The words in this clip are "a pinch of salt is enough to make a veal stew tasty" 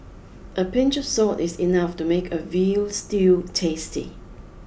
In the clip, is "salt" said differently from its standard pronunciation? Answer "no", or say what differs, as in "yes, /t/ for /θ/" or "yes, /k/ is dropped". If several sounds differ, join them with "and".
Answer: yes, /l/ is dropped